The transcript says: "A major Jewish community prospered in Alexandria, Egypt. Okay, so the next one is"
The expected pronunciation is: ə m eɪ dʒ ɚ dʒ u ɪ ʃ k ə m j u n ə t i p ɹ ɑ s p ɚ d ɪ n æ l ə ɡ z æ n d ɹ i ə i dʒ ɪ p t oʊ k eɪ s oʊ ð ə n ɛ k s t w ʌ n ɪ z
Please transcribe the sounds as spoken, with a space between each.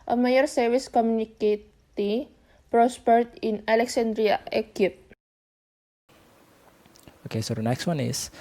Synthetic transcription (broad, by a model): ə m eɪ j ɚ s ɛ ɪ s k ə m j u n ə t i p ɹ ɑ s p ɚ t ɪ n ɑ l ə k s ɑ n d ɹ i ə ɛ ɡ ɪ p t oʊ k eɪ s oʊ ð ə n ɛ k s t w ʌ n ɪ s